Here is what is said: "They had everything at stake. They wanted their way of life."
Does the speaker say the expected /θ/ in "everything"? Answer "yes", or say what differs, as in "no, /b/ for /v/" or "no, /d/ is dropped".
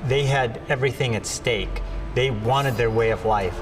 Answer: yes